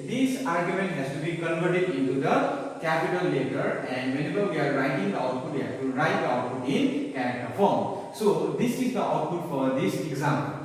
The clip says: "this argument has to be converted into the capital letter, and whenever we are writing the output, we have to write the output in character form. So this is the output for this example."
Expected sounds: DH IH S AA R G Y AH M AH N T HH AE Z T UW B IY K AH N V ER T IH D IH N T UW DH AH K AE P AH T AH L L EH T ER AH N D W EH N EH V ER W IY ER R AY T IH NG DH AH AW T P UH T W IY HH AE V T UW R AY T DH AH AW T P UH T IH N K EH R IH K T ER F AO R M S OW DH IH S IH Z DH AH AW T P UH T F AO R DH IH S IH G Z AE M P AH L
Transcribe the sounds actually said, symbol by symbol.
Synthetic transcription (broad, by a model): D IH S AA R G Y AH M AH N T HH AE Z T UW B IY K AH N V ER T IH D IH N T UW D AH K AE P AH T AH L L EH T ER AH N D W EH N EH B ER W IY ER R AY T IH NG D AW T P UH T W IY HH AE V T UW R AY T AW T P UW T IH N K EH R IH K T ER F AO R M S OW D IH S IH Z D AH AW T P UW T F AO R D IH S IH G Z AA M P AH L